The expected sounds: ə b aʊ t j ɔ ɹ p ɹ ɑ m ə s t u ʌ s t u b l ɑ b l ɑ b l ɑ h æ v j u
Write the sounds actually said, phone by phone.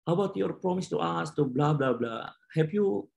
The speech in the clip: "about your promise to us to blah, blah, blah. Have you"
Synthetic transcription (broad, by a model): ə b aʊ t j ɔ ɹ p ɹ ɑ m ə s t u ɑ s t u b l ɑ b l ɑ b l ɑ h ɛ p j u